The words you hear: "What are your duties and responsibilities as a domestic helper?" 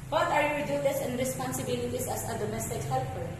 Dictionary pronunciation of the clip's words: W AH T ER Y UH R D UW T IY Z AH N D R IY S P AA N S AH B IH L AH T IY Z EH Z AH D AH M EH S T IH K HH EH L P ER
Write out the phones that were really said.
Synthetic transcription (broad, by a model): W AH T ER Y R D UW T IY S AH N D R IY S P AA N S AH B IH L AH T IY S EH S AH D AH M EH S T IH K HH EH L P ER